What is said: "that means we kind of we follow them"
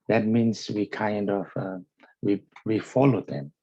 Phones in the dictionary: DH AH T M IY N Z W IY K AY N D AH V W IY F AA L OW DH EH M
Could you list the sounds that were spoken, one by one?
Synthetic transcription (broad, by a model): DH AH T M IY N S W IY K AY N D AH W W IY F AA L OW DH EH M